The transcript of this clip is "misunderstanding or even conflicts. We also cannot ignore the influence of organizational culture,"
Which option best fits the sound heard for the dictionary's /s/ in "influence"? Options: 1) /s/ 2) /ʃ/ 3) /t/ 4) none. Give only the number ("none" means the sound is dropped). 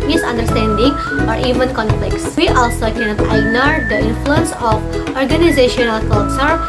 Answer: 1